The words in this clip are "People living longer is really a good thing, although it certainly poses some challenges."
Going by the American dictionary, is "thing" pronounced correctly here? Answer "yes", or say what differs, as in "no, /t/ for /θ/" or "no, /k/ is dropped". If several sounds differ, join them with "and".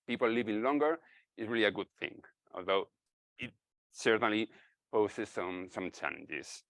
yes